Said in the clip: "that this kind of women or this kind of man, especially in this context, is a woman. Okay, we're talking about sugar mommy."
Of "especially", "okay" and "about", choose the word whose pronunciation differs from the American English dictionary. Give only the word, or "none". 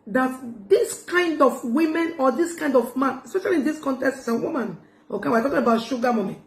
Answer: none